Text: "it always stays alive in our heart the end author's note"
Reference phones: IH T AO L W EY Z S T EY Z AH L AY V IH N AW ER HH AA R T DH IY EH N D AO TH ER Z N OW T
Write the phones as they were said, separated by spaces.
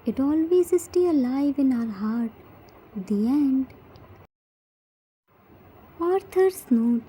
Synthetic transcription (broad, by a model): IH T AO L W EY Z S T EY AH L AY V IH N AW ER HH AA R T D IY EH N D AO T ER S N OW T